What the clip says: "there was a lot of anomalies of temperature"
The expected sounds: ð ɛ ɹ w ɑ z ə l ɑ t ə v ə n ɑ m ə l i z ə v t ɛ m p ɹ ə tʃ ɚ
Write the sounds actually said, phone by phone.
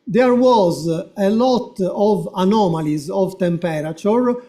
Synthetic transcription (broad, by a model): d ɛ ɹ w ɑ z ə l ɑ t ə v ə n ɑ m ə l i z ə v t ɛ m p ɹ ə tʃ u